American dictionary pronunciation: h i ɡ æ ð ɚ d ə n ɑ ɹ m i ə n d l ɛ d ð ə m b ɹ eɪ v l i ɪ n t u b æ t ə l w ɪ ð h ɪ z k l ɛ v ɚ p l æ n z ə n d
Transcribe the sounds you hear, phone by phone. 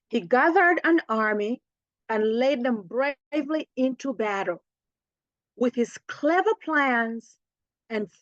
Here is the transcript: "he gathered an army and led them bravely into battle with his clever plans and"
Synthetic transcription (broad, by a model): h i ɡ æ ð ɚ d ə n ɑ ɹ m i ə n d l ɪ d ð ə m b ɹ eɪ v l i ɪ n t u b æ t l w ɪ ð h ɪ z k l ɛ v ɚ p l æ n z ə n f